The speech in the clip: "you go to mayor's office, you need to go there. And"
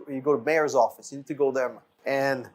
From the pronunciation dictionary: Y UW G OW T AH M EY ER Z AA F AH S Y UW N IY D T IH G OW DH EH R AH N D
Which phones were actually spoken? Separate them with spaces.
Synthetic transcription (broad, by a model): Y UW G OW T AH M EY ER Z AA F AH S Y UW N IY D T IH G OW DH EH R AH N